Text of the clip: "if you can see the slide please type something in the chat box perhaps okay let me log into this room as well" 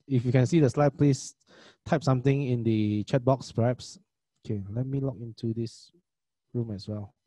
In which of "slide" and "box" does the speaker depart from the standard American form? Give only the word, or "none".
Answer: none